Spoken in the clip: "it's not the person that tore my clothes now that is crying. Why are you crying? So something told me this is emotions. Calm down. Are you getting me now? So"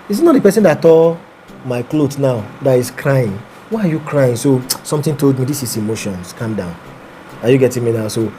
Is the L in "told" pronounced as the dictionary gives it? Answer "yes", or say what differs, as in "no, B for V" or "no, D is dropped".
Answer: yes